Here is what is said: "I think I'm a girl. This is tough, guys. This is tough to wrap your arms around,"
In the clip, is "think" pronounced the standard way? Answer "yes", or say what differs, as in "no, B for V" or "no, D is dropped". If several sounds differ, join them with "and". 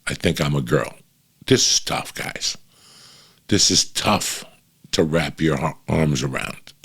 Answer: yes